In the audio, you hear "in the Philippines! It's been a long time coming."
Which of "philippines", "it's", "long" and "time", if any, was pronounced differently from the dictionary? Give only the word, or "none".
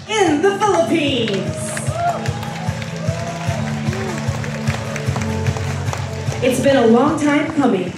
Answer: none